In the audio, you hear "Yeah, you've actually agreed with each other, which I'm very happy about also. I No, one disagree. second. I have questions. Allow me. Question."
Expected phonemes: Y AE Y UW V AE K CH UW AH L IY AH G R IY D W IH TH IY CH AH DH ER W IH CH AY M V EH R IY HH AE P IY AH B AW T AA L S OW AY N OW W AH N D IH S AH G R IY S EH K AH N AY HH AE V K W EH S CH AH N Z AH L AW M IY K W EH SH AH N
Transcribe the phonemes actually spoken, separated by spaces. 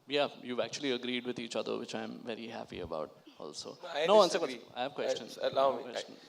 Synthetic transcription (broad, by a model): Y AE Y UW V AE K CH UW AH L IY AH G R IY D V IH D IY CH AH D ER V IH CH AY M V EH R IY HH AE P IY AH B AW T AA L S OW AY N OW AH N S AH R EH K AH AY HH AE V K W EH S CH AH N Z AH L AW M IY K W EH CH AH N